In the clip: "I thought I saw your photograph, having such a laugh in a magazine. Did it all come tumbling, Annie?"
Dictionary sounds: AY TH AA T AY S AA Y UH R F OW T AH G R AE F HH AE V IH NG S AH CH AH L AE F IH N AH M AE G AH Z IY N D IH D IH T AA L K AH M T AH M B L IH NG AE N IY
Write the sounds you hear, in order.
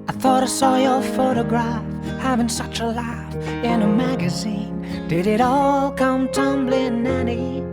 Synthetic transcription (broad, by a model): AY TH AA T AY S AA Y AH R F OW T AH G R AE F HH AE V IH NG S AH CH AH L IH F IH N AH M AE G AH Z IY N D IH D IH T AA L K AH M T AH M B L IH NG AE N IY